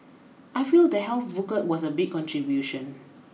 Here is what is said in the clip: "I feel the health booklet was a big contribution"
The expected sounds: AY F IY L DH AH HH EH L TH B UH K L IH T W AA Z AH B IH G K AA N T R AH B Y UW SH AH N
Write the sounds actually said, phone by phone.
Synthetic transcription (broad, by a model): AY F IY L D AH HH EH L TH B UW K IH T W AA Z AH B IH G K AA N T R AH B Y UW SH AH N